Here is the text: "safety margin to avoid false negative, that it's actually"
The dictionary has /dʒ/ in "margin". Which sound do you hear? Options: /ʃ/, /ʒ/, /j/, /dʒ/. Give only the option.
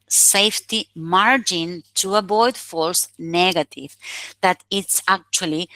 /dʒ/